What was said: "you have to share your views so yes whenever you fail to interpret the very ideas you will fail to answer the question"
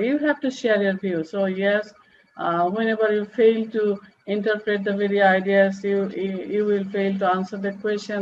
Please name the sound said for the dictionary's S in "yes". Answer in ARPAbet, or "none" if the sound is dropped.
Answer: S